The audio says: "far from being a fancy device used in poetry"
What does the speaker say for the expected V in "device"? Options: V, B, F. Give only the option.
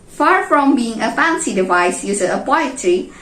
V